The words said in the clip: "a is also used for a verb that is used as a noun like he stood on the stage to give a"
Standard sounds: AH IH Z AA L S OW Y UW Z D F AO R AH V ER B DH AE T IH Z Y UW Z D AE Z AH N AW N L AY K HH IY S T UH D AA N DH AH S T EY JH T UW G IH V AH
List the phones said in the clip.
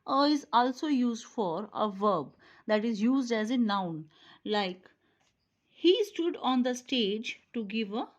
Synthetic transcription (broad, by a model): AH IH Z AA L S OW Y UW Z D F AO R AH V ER B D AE T IH Z Y UW Z D AE Z AH N AW N L AY K HH IY S T UH D AA N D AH S T EY JH T UW G IH V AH